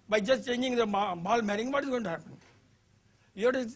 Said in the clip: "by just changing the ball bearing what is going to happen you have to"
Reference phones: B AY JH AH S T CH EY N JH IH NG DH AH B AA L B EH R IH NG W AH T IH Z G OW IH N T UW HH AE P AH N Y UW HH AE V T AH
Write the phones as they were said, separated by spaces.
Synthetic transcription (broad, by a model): B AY JH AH S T CH EY N JH IH NG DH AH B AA L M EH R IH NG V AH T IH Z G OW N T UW HH AE P AH N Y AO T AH